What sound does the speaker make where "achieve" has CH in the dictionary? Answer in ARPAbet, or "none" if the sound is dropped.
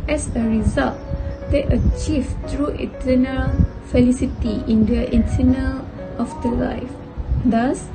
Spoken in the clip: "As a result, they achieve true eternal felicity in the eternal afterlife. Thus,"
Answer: CH